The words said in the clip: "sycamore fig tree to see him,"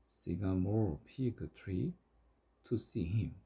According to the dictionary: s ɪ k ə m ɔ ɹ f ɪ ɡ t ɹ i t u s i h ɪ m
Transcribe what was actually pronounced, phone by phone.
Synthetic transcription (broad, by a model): s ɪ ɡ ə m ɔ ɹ p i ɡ t ɹ i t u s i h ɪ m